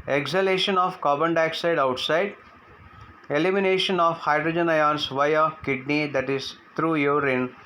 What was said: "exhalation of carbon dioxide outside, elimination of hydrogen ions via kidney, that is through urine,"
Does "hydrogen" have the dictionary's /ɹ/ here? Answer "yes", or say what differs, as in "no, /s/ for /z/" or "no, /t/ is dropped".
yes